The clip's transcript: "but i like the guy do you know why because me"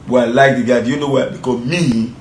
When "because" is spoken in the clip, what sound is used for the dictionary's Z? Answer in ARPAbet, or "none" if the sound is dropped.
none